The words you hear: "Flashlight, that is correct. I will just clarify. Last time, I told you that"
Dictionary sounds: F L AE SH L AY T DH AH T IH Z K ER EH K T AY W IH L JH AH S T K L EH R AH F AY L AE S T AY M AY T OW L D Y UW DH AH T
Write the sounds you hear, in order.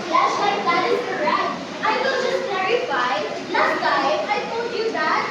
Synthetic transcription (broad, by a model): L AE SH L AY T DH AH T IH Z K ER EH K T AY W IH L JH AH S T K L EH R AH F AY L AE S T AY AY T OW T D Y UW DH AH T